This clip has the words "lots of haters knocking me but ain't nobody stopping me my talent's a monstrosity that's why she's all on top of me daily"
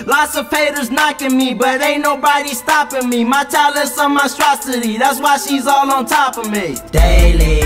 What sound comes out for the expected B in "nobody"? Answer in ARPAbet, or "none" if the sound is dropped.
B